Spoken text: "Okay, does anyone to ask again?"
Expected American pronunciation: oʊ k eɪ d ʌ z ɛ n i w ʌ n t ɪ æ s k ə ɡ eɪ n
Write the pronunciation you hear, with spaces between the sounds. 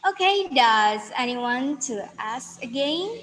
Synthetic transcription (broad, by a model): oʊ k eɪ d ʌ z ɛ n i w ʌ n t ɪ æ s k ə ɡ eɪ n